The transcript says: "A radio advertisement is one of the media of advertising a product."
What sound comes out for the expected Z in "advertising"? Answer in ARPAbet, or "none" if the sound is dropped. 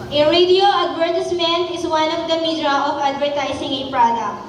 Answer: S